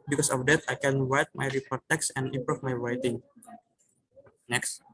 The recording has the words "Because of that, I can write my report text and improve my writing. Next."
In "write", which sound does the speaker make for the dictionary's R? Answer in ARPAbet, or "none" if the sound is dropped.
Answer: W